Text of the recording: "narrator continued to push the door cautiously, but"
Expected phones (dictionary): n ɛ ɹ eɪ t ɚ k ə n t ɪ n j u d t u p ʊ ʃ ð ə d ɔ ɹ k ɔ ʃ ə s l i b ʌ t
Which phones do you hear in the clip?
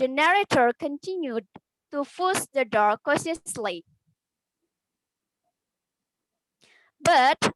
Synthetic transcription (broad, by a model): n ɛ ɹ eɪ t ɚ k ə n t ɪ n j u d t u f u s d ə d ɔ ɹ k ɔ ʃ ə s l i b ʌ t